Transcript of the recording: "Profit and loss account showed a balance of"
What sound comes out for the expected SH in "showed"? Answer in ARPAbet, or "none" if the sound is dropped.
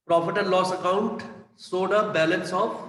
S